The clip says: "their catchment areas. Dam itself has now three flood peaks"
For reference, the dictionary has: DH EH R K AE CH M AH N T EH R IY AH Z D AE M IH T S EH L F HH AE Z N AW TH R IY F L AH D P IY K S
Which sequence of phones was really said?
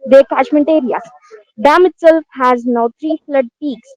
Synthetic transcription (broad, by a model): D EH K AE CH M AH N T EH R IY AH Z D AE M IH T S EH L F HH AE Z N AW T R IY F L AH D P IY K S